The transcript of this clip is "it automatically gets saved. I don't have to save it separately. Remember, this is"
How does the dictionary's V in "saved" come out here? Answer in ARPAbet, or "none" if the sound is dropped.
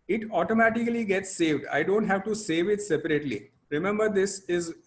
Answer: V